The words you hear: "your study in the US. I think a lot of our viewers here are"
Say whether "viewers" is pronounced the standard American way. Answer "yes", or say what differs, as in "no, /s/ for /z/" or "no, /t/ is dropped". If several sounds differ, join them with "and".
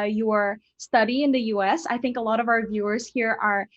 yes